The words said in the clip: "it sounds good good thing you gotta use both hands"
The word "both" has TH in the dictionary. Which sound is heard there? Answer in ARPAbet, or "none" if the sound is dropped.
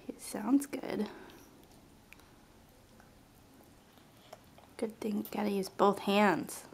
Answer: TH